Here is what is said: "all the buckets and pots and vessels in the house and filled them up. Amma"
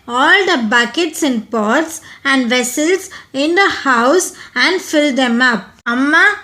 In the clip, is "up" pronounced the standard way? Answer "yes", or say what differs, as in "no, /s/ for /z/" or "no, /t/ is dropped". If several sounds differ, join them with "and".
yes